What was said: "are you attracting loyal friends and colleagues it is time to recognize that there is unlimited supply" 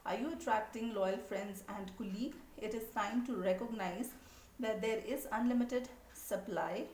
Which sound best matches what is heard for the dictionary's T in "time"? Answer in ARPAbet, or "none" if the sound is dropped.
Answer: S